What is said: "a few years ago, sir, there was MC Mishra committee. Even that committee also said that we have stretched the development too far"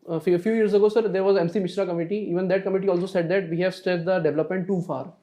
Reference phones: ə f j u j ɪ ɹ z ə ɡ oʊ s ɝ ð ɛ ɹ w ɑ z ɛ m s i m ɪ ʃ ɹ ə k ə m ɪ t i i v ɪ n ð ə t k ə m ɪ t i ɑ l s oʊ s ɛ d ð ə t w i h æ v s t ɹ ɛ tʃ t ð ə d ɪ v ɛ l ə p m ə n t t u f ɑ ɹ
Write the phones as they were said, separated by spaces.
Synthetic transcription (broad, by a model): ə f j u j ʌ ɹ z ə ɡ oʊ s ɝ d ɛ ɹ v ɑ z ɛ m s i m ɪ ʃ ɹ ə k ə m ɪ t i i v ɪ n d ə t k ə m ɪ t i ɑ l s oʊ s ɛ d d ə t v i h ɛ v s t ɛ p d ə d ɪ v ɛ l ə p m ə n t t u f ɑ ɹ